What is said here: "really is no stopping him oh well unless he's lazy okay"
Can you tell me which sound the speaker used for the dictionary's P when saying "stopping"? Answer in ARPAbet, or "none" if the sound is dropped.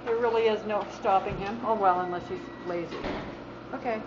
P